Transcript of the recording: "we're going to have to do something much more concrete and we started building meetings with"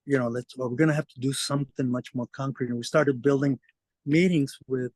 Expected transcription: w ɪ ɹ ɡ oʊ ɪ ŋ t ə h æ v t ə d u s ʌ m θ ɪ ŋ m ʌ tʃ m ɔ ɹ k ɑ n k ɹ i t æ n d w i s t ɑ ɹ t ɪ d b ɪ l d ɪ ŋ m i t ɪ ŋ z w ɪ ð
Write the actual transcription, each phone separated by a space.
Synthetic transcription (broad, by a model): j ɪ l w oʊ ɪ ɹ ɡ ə h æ f t ə d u s ʌ m θ ɪ ŋ m ʌ tʃ m ɔ ɹ k ɑ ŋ k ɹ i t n w i s t ɑ ɹ t ɪ d b ɪ l d ɪ ŋ m i t ɪ ŋ z w ɪ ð